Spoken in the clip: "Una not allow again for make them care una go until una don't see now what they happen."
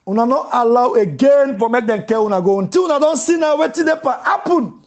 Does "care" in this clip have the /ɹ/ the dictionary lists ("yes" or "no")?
no